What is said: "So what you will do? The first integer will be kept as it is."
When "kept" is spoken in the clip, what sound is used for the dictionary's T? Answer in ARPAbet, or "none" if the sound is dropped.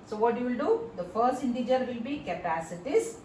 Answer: none